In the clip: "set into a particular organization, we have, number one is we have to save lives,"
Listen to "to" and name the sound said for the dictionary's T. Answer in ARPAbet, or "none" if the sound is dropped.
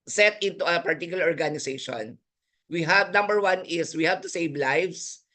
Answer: T